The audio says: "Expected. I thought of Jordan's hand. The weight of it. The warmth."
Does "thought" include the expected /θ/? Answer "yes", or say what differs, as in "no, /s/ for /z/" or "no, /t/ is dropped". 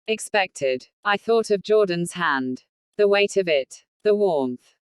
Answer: yes